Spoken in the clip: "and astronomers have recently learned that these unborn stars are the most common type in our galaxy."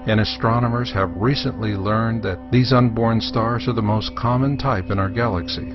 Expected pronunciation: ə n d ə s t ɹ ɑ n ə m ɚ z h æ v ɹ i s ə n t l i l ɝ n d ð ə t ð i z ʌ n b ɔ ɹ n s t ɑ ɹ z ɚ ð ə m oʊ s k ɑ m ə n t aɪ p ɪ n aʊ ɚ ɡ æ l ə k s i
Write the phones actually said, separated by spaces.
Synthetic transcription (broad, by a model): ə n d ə s t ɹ ɑ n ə m ɚ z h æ v ɹ i s ə n t l i l ɝ n ð ə t ð i z ʌ n b ɔ ɹ n s t ɑ ɹ z ɚ ð ə m oʊ s k ɑ m ə n t aɪ p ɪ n aʊ ɚ ɡ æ l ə k s i